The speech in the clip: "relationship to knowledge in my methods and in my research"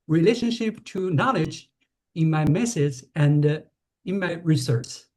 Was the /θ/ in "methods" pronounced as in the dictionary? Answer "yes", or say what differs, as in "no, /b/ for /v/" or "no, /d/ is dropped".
no, /s/ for /θ/